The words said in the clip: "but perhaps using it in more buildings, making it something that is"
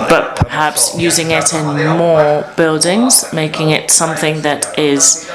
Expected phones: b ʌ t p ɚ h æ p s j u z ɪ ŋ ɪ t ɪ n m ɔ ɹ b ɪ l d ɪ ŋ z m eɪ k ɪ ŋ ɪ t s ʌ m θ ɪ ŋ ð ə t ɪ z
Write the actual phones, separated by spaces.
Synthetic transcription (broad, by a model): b ʌ t p ɚ h æ p s j u z ɪ ŋ ɪ t ɪ n m ɔ b ɪ l d ɪ ŋ z m eɪ k ɪ ŋ ɪ t s ʌ m θ ɪ ŋ ð ə t ɪ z